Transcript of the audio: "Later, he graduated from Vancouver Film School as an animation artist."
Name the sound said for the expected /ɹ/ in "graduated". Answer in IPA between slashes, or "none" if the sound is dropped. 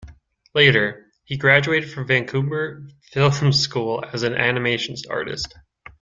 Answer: /ɹ/